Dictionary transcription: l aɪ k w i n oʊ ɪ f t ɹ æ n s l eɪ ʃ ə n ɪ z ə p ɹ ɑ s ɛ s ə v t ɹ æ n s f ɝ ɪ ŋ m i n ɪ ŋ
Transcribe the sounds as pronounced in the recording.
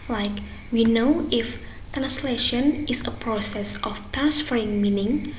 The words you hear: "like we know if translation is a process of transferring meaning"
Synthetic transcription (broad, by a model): l aɪ k w i n oʊ ɪ f t ɹ æ n s l eɪ ʃ ə n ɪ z ə p ɹ ɑ s ɛ s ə f t ɹ æ n s f ɝ ɪ ŋ m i n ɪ ŋ